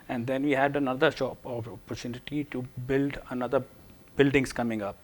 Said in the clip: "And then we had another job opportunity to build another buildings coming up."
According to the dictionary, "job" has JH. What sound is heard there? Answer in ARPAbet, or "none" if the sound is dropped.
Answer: SH